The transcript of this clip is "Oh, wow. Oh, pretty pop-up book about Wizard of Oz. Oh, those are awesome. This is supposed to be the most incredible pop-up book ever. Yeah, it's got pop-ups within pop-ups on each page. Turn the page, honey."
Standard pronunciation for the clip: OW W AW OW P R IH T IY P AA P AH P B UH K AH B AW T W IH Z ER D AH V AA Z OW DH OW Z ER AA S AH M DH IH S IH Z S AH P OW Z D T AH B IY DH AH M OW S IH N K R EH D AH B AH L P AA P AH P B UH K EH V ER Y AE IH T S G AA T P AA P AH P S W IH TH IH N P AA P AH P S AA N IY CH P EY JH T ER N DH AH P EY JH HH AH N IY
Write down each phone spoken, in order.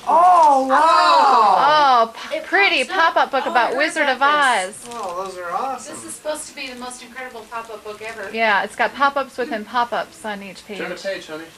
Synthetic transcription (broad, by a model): OW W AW OW P R IH T IY P AA P AH P B UH K AH B AW T W IH Z ER D AH V AA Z OW DH OW Z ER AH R DH IH S IH Z S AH P OW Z T AH B IY DH AH M OW S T K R EH D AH B L P AA P AH P B UH K EH V ER Y AE IH T S G AA T P AA P AH P S W IH TH IH N P AA P AH P S N IY CH P EY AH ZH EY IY